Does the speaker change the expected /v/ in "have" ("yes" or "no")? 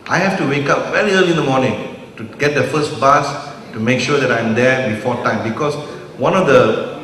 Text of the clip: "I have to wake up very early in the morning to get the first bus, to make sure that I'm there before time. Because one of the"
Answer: yes